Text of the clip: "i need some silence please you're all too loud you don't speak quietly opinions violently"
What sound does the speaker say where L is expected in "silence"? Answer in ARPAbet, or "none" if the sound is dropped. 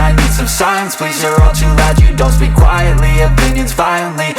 none